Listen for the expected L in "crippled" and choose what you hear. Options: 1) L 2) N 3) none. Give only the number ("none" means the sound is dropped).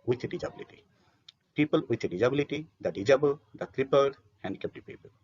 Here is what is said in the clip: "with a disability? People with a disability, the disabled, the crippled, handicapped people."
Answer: 3